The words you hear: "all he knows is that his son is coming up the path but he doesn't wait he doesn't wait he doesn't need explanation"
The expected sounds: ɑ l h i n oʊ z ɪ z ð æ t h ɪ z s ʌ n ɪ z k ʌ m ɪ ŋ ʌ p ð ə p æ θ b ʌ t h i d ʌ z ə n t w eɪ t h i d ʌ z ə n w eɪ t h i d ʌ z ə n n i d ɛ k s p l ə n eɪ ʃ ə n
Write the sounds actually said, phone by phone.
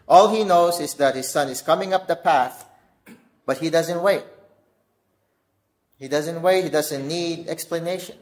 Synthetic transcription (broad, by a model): ɑ l h i n oʊ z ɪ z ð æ t h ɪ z s ʌ n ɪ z k ʌ m ɪ ŋ ʌ p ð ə p æ θ b ʌ t h i d ʌ z ə n t w eɪ t h i d ʌ z ə n w eɪ t h i d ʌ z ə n n i d ɛ k s p l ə n eɪ ʃ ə n